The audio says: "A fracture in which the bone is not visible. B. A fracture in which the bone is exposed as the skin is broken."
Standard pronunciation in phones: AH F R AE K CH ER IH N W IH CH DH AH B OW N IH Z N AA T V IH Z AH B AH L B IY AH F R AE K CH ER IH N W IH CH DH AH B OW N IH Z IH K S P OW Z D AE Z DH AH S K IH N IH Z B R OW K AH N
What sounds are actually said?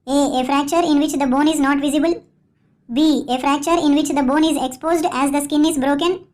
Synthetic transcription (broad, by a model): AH F R AE K CH ER IH N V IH CH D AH B OW N IH Z N AA T V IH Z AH B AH L B IY AH F R AE K CH ER IH N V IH CH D AH B OW N IH Z IH K S P OW Z D AE Z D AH S K IH N IH Z B R OW K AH N